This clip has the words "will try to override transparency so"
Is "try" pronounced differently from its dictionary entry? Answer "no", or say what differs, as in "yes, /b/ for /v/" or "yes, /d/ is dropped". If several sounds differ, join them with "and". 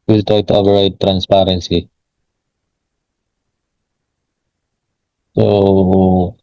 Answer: yes, /ɹ/ is dropped